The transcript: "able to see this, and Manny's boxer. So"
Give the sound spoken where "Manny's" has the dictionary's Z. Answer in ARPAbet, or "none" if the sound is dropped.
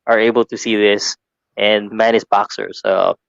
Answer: S